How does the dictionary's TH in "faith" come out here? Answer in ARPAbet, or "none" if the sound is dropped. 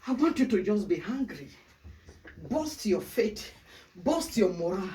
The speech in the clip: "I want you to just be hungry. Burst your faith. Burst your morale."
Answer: T